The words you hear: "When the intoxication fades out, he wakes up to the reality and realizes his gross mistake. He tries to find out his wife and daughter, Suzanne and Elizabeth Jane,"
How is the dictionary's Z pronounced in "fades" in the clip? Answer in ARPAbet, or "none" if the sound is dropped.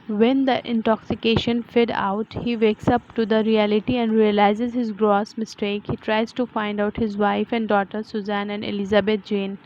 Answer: none